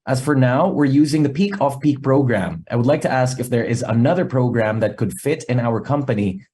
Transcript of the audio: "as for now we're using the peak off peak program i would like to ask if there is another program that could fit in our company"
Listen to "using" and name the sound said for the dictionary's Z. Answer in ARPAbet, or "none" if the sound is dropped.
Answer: Z